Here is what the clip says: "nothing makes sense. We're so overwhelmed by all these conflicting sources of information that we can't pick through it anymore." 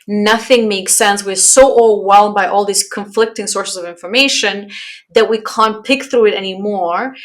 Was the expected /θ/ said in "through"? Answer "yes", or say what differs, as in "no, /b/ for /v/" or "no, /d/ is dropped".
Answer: yes